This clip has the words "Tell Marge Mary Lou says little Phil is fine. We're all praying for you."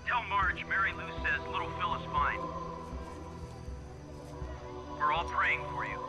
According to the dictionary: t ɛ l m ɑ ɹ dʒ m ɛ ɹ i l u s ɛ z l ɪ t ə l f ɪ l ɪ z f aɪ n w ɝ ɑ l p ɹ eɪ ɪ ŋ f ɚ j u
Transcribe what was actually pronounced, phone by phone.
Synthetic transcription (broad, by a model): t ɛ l m ɑ ɹ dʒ m ɛ ɹ i l u s ɛ z l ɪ t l f ɪ l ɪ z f aɪ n w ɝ ɑ l p ɹ eɪ ɪ ŋ f ɚ j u